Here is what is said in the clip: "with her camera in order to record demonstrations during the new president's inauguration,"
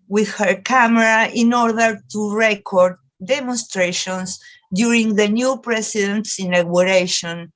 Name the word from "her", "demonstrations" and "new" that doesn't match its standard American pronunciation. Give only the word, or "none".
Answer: demonstrations